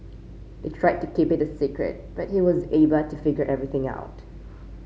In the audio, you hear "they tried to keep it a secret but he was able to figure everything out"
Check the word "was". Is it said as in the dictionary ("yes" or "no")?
yes